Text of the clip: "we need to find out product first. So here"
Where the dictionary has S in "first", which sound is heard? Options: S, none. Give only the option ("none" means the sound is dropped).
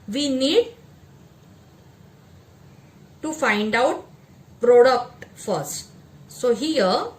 S